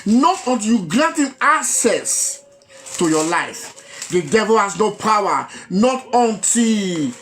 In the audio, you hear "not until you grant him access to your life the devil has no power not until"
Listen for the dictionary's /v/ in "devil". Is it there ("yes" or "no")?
yes